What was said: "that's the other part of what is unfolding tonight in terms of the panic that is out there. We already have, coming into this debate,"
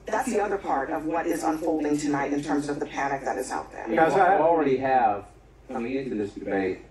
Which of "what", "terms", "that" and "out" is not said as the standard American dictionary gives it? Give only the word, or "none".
none